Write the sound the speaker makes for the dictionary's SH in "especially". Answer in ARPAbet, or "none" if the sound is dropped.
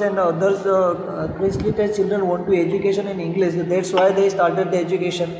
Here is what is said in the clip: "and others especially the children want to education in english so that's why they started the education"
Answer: S